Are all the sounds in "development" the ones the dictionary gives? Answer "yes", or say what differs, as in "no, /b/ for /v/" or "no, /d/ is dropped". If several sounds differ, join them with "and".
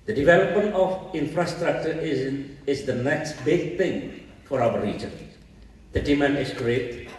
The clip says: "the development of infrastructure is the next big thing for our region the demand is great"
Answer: yes